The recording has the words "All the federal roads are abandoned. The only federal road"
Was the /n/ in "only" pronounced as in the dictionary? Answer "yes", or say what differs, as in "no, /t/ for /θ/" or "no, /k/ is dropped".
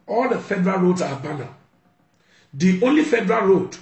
yes